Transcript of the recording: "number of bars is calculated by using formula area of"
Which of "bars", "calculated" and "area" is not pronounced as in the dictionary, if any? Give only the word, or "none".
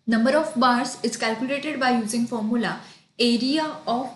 bars